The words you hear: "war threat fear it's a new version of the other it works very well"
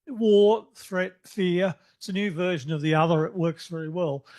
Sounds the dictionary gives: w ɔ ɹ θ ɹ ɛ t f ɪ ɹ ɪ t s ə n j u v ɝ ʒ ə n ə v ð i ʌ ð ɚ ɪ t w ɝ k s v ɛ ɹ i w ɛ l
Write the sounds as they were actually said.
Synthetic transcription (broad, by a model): w ɔ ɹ θ ɹ ɛ t f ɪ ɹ ɪ t s ə n j u v ɝ ʒ ə n ə v ð i ʌ ð ɚ ɪ t w ɝ k s v ɛ ɹ i w ɛ l